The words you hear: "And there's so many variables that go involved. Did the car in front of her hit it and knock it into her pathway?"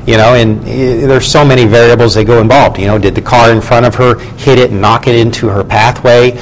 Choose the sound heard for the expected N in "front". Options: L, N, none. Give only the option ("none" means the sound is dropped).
none